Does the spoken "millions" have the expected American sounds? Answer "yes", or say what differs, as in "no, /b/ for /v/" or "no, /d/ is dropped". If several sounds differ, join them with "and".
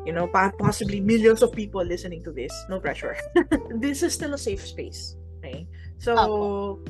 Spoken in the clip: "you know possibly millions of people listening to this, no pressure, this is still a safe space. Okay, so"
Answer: no, /s/ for /z/